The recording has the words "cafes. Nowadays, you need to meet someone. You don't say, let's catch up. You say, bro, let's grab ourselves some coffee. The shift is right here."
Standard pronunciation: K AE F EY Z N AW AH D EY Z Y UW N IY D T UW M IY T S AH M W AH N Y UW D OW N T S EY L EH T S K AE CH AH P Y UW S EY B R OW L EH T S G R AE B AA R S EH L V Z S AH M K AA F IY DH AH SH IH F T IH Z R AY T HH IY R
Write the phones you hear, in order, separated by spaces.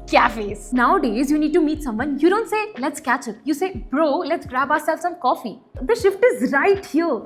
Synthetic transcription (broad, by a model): K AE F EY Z N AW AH D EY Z Y UW N IY D T UW M IY T S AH M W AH N Y UW D OW N T S EY L EH T S K AE CH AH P Y UW S EY B R OW L EH T S G R AE B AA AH S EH L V S AH M K AA F IY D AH SH IH F T IH Z R AY T HH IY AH